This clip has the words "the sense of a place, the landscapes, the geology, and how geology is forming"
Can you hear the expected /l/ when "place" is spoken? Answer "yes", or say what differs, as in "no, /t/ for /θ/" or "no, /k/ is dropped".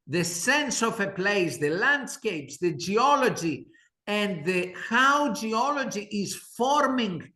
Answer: yes